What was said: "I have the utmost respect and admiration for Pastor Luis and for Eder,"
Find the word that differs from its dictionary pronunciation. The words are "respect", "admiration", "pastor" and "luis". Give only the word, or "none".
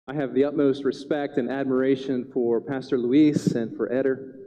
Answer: none